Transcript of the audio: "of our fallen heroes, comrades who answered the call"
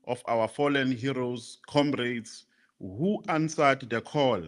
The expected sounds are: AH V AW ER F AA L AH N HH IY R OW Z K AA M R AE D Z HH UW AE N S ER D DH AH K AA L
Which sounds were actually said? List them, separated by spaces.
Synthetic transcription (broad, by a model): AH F AW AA F AA L AH N HH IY R OW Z K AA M R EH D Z HH UW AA N S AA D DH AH K AA L